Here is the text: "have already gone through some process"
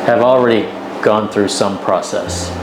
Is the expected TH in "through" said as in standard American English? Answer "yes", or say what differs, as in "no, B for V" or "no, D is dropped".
yes